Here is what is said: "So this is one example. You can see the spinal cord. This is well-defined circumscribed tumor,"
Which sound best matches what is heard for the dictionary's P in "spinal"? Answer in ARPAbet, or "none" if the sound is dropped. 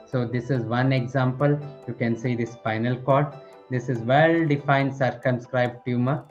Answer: F